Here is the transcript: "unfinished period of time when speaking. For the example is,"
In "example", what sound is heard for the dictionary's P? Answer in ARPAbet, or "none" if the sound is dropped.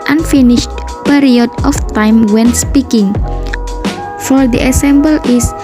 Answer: B